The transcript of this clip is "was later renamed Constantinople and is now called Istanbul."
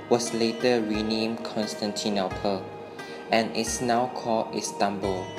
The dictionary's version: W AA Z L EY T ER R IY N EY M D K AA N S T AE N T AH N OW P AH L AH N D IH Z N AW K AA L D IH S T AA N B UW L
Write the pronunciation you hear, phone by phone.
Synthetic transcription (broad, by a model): W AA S L EY T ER R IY N EY M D K AA N S T AE N T AH N OW P AH L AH N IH S N AW K AA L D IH S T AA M B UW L